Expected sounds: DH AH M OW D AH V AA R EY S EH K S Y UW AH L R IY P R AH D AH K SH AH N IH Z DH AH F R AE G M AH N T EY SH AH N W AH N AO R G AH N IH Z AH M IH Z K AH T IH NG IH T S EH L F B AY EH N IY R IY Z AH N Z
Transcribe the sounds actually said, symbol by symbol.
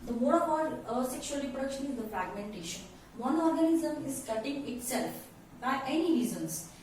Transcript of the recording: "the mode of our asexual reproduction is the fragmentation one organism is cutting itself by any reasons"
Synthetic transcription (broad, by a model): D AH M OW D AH P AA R S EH K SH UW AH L R IY P R AH D AH K SH AH N IH Z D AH F R AE G M AH N T EY SH AH N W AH N AO R G AH N IH Z AH M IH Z K AH T IH NG IH T S EH L F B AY EH N IY R IY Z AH N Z